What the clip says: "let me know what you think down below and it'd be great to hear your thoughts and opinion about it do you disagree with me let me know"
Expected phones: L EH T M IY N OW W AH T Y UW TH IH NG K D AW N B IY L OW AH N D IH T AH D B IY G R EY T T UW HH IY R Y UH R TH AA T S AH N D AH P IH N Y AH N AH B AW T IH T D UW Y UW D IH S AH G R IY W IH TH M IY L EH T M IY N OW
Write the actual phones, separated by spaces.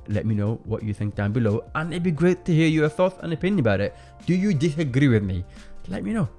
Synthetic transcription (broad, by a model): L EH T M IY N OW W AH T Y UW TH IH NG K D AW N B IY L OW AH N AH B IY G R EY T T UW HH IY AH Y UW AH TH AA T AH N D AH P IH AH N AH B AW T IH T D UW Y UW D IH S AH G R IY W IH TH M IY L EH T M IY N OW